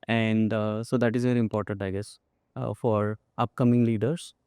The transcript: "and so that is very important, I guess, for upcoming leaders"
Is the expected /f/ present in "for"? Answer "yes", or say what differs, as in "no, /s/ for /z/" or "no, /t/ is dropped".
yes